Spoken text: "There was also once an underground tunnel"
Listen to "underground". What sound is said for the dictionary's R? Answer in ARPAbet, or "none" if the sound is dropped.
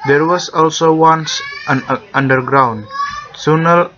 R